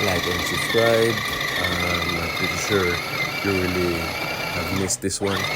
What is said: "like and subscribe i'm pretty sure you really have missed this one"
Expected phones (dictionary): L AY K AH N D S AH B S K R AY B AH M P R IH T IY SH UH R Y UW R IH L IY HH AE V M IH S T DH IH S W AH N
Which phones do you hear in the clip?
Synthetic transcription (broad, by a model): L AY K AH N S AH S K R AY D AH M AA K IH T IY S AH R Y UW R IH L IY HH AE V M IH S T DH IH S W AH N